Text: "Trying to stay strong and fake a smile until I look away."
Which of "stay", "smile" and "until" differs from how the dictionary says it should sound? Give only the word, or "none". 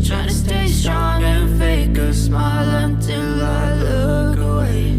none